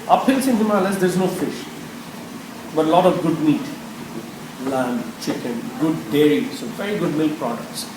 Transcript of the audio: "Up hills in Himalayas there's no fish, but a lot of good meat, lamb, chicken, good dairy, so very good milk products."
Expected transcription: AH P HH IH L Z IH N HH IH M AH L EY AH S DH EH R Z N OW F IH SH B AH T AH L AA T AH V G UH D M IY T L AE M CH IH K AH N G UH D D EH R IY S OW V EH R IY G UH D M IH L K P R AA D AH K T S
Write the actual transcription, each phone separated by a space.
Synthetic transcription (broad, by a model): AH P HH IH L S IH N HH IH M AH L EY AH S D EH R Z N OW F IH SH B AH T AH L AA T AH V G UH D M IY T L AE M CH IH K AH N G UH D D EH R IY S OW V EH R IY G UH D M IH L K P R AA D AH K T S